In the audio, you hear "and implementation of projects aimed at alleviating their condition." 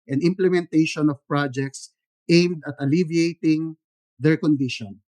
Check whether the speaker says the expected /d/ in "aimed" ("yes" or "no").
yes